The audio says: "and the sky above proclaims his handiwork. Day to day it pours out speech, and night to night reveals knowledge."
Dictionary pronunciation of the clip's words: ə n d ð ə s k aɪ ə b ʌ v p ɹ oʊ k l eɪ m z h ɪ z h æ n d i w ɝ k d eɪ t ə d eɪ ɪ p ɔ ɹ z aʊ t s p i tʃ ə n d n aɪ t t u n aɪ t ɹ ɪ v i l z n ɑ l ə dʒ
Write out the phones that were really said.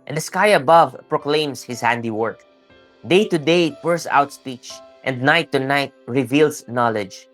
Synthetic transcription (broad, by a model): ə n d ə s k aɪ ə b ʌ v p ɹ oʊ k l eɪ m s h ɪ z h æ n d i w ɝ k d eɪ t ə d eɪ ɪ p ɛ ɹ s aʊ t s p i tʃ ə n d n aɪ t t u n aɪ t ɹ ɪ v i l s n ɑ l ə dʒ